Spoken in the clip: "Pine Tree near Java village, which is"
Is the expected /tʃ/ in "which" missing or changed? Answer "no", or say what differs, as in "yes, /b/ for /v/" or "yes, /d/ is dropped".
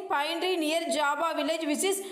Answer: yes, /s/ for /tʃ/